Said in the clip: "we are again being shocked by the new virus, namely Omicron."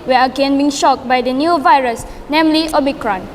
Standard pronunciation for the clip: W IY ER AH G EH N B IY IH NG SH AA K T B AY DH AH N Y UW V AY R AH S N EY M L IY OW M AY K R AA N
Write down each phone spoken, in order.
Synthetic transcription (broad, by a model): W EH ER AH G EH N B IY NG SH AA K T B AY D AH N Y UW V AY R AH S N EY M L IY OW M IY K R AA N